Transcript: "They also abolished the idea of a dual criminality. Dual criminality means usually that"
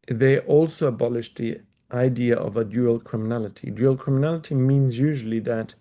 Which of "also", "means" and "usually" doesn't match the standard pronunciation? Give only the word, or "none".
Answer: none